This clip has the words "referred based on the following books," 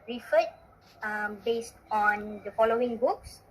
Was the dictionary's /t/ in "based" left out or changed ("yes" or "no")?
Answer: no